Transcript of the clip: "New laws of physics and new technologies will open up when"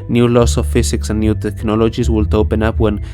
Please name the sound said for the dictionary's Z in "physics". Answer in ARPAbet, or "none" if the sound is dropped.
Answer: S